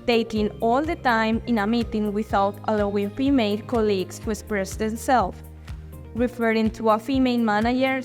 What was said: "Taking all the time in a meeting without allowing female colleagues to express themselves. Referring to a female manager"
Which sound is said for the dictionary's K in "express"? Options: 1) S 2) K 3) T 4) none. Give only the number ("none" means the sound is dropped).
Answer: 4